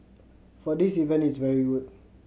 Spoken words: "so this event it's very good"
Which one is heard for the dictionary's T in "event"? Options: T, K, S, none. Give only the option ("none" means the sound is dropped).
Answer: none